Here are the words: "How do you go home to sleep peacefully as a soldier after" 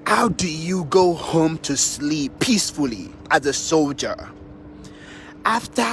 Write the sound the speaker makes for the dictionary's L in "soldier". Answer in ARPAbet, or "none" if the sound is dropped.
L